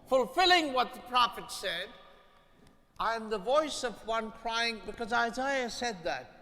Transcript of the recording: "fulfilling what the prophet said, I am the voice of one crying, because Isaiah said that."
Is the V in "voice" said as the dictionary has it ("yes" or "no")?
yes